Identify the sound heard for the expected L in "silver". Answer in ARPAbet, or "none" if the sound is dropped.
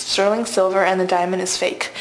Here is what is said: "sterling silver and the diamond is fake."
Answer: L